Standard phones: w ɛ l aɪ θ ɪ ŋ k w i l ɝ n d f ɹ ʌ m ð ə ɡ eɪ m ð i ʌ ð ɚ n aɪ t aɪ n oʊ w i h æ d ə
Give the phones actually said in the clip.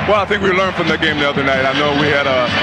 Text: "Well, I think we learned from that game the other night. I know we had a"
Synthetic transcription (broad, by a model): w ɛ l aɪ θ ɪ ŋ k w i l ɝ n d f ɹ ʌ m ð ə ɡ eɪ m ð i ʌ ð ɚ n aɪ t aɪ n oʊ w i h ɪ d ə